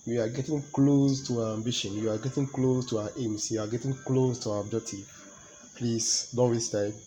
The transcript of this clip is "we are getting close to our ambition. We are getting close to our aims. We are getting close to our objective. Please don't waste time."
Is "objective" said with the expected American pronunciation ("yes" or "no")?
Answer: no